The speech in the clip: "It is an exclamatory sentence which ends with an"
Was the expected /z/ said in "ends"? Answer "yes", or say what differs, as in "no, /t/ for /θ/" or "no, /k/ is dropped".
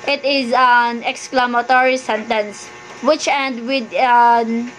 no, /z/ is dropped